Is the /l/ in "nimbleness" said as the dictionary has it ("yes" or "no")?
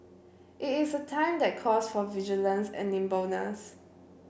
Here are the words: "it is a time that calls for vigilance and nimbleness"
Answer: no